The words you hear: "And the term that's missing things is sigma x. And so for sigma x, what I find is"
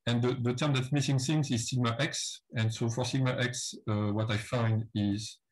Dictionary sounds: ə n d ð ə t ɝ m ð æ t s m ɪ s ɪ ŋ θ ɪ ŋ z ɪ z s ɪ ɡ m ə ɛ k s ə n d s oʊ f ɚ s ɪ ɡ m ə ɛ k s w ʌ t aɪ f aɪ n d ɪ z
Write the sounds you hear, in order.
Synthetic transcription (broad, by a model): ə n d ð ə t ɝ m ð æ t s m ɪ s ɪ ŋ s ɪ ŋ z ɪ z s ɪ ɡ m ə ɛ k s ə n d s oʊ f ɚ s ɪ ɡ m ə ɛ k s w ʌ t aɪ f aɪ n d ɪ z